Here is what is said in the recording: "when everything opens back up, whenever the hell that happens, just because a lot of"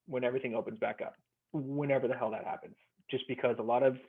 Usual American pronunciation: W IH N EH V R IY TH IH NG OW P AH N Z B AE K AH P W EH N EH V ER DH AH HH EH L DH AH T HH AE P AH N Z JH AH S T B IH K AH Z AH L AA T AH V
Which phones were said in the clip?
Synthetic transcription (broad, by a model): W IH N EH V R IY TH IH NG OW P AH N Z B AE K AH P W EH N EH V ER DH AH HH EH L DH AH T HH AE P AH N Z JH AH S B IH K AH Z AH L AA T AH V